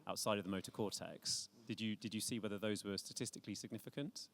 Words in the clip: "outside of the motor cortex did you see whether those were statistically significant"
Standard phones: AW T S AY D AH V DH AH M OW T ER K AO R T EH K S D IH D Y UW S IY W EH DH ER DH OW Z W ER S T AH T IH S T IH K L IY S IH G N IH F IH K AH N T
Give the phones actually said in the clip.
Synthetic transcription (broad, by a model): AW T S AY D AH V DH AH M OW T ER K AO T EH K S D IH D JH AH S IY W EH DH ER DH OW Z W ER S T AH T IH S T IH K L IY S IH G N IH F IH K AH N T